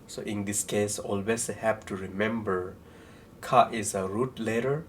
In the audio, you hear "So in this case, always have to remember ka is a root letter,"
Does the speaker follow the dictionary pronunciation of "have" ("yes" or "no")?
no